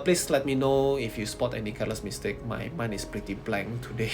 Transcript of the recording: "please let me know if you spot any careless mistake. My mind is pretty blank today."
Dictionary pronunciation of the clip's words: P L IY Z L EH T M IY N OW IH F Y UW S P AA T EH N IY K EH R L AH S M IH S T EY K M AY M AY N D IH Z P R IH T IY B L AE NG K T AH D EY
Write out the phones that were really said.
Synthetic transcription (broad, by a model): P L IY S L EH T M IY N OW IH F Y UW S P AA T EH N IY K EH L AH S M IH S T EY K M AY M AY N IH S P R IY T IY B L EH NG T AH D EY